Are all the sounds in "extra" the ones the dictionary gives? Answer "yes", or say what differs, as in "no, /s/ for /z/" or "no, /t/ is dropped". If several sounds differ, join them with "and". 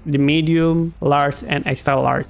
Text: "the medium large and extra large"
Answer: yes